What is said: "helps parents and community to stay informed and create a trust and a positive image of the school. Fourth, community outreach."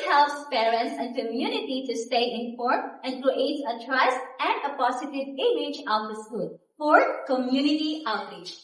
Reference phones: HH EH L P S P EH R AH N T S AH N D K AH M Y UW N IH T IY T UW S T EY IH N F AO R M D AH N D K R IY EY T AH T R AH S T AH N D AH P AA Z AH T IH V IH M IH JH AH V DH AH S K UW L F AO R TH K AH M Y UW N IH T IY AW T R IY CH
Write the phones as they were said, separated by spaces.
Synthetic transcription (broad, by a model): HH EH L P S P EH R AH N T S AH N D K AH M Y UW N IH T IY T UW S T EY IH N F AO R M AH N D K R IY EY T AH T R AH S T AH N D AH P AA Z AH T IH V IH M IH JH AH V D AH S K UW L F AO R K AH M Y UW N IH T IY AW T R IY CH